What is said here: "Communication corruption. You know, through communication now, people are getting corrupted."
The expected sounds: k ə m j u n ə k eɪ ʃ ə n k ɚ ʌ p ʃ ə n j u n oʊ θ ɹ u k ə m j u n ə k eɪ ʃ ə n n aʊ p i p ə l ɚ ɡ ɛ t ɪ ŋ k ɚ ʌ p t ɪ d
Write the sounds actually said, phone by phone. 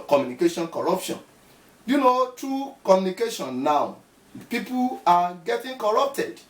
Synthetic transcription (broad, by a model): k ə m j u n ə k eɪ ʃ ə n k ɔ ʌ p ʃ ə n j u n oʊ t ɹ u k ə m j u n ə k eɪ ʃ ə n n aʊ p i p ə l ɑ ɡ ɛ t ɪ ŋ k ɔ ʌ p t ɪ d